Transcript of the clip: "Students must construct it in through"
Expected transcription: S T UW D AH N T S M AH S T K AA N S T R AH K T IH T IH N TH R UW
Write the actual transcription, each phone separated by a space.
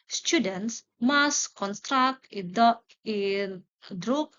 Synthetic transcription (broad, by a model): S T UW D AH N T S M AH S K AA N S T R AH K T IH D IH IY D R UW